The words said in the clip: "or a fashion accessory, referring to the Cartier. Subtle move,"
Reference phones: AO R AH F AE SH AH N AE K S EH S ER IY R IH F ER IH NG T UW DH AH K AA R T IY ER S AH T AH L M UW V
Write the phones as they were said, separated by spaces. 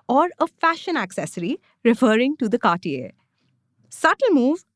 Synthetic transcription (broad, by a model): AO R AH F AE SH AH N AE K S EH S ER IY R IH F ER IH NG T UW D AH K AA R T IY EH S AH T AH L M UW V